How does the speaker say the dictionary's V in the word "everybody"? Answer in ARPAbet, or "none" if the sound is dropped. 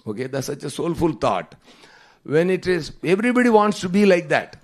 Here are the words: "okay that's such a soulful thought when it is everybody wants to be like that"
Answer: V